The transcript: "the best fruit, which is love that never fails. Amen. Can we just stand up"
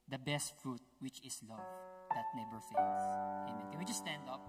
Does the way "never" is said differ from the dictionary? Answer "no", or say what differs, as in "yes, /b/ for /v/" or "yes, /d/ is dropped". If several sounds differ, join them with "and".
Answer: yes, /b/ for /v/